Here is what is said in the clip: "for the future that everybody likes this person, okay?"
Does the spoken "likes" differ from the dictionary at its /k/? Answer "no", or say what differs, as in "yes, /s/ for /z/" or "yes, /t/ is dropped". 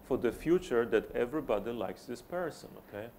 no